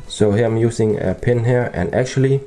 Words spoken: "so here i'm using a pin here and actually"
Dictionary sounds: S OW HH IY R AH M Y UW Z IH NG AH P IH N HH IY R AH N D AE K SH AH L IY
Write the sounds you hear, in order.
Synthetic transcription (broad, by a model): S OW HH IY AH AH M Y UW S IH NG AH P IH N HH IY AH N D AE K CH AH L IY